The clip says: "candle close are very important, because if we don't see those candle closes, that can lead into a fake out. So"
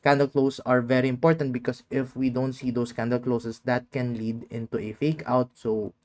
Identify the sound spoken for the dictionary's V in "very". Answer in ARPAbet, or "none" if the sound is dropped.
V